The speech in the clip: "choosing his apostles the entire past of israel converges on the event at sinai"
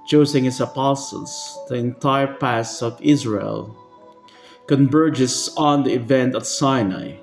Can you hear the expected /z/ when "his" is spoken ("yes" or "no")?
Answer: no